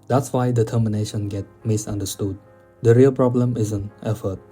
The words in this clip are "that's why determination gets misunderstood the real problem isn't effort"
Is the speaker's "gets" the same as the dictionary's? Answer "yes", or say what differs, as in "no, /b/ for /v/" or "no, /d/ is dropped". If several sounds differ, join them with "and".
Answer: no, /s/ is dropped